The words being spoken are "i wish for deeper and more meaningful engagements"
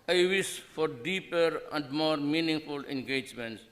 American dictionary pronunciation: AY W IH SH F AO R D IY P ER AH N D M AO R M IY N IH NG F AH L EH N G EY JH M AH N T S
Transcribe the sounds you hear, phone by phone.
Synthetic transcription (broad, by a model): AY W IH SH F AO R D IY P ER AH N D M AO R M IY N IH NG F AH L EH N G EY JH M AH N T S